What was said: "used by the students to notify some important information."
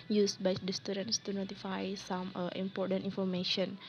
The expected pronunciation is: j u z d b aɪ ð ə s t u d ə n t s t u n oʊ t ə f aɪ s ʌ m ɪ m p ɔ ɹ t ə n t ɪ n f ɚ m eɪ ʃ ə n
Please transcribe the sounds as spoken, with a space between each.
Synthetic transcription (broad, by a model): j u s b aɪ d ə s t u d ə n t s t u n oʊ t ə f aɪ s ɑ m ɪ m p ɔ ɹ t ə n t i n f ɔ m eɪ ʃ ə n